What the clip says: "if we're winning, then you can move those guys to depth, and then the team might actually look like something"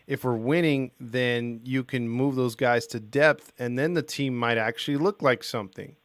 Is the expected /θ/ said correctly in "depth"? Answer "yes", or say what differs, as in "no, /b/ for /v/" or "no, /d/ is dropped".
yes